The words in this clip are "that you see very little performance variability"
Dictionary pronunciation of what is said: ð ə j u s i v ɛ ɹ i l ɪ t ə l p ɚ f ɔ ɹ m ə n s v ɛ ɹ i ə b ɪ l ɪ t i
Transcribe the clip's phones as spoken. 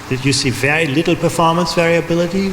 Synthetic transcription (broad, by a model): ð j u s i v ɛ ɹ i l ɪ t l p ɚ f ɔ ɹ m ə n s v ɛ ɹ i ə b ɪ l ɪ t i